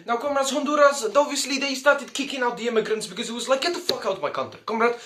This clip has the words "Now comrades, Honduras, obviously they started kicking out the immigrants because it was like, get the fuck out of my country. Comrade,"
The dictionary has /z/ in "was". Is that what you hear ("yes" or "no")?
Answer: yes